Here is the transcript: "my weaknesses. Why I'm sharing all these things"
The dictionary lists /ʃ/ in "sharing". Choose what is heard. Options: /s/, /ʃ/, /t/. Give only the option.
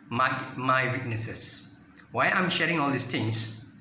/ʃ/